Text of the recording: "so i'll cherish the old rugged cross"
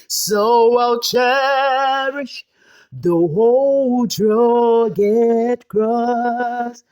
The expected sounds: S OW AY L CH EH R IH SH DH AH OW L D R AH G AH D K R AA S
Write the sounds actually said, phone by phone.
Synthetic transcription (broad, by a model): S OW AY L CH EH R IH SH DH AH OW L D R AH G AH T K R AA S